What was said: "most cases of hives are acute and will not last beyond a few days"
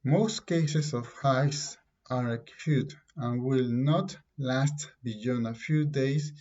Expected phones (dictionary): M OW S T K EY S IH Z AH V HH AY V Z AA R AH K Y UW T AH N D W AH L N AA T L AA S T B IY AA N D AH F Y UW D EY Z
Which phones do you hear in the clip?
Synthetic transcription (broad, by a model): M OW S T K EY S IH S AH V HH AY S AA R AH K Y UW T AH N W AH L N AA T L AA S T B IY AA N AH F Y UW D EY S